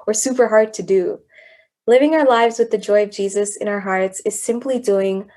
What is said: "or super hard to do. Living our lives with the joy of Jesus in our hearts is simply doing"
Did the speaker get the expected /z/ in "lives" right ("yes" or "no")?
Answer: yes